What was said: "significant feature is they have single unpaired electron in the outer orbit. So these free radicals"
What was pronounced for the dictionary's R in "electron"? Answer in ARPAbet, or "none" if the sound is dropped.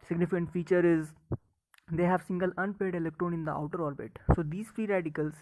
R